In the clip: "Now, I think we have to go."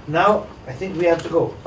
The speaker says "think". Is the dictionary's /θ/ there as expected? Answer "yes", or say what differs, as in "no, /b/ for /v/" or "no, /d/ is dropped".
yes